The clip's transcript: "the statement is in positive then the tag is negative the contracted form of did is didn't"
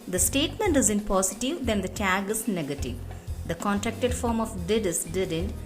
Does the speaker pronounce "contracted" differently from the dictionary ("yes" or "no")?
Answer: no